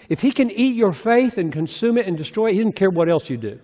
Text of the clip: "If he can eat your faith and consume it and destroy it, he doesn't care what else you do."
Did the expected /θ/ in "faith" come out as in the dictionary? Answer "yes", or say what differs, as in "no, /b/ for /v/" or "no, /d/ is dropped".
yes